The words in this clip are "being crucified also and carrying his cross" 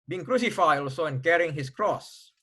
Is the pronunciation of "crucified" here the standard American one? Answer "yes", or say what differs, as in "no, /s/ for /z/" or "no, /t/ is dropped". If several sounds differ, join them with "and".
no, /d/ is dropped